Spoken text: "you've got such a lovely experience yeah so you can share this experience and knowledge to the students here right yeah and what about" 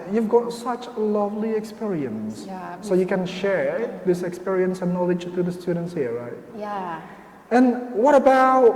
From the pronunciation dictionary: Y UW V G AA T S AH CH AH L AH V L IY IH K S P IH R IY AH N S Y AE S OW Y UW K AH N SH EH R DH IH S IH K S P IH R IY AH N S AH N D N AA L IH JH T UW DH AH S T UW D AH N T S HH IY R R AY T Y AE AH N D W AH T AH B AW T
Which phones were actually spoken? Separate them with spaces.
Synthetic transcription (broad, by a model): Y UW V G AA T S AH CH L AH V L IY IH K S P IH R IY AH N S S OW Y UW K AH N SH EH R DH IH S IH K S P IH R IY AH N S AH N N AA L IH JH T UW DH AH S T UW D AH N T S HH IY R R AY T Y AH N W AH T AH B AW T